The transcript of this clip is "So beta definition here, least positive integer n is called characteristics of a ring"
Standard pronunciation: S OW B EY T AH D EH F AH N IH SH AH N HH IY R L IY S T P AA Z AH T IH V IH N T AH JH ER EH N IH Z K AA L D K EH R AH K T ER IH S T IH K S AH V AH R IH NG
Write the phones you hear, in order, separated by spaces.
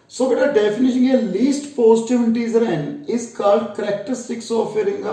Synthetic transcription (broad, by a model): S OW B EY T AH D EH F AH N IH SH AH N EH L IY S T P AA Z T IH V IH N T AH Z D EH N IH Z K AA L D K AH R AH K T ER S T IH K S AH F AH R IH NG